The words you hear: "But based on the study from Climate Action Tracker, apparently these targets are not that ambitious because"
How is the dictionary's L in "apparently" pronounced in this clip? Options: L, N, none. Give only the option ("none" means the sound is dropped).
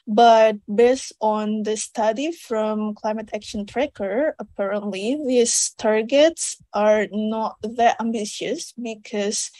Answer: L